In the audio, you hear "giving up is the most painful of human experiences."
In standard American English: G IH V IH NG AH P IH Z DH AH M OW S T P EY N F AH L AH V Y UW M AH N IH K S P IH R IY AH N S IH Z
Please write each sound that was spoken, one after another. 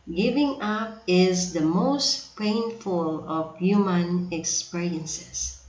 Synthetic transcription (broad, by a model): G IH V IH NG AH P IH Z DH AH M OW S T P EY N F AH L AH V Y UW M AH N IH K S P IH R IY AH N S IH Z